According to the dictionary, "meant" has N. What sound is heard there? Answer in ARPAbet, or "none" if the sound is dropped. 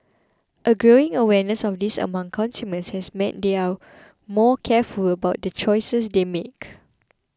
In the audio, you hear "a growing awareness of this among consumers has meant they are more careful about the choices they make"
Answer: none